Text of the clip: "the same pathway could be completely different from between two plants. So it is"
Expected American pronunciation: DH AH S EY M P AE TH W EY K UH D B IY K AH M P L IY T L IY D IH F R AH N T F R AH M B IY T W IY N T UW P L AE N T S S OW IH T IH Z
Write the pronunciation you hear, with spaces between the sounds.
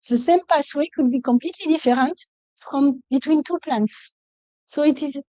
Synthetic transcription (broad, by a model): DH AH S EY M P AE S W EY K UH D B IY K AH M P L IY T L IY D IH F R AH N T F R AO M B IY T W IY N T UW P L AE N T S S OW IH T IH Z